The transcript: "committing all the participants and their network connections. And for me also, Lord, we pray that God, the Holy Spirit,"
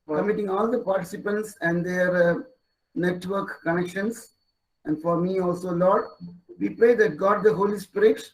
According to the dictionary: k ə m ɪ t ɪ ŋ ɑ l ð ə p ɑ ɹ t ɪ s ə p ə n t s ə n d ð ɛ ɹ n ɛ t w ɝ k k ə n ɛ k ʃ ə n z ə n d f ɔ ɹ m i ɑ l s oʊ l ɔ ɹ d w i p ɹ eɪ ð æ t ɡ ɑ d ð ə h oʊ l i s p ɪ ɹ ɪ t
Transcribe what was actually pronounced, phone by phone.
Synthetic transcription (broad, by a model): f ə m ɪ t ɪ ŋ ɑ l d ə p ɑ ɹ t ɪ s ə p ə n t s ə n d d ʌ ɹ n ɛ t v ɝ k k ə n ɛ k ʃ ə n s ə n d f ɔ ɹ m i ɑ l s oʊ l ɔ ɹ d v i p ɹ eɪ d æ t ɡ ɑ d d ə h oʊ l i s p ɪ ɹ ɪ t